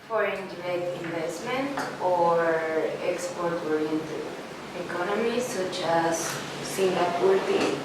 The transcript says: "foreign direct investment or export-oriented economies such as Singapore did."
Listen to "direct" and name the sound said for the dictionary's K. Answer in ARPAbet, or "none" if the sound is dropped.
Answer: none